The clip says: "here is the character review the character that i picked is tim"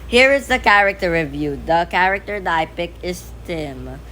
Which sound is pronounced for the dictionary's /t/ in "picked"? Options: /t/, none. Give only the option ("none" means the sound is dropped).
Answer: none